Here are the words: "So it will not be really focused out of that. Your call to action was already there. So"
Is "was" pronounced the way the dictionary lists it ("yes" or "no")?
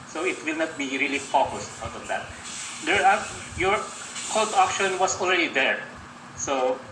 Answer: no